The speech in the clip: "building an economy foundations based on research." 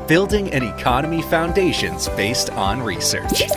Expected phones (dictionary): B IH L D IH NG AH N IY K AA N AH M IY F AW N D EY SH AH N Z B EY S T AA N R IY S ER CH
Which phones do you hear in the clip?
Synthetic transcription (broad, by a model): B IH L D IH NG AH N IY K AA N AH M IY F AW N D EY SH AH N Z B EY S T N R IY S ER CH